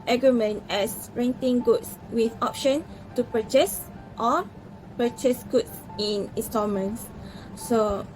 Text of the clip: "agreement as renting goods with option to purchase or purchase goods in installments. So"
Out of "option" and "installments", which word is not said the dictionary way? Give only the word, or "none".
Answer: installments